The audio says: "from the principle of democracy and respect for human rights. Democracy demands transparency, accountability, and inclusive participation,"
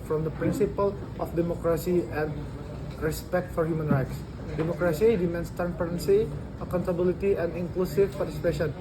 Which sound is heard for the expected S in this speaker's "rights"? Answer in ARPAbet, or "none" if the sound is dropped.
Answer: S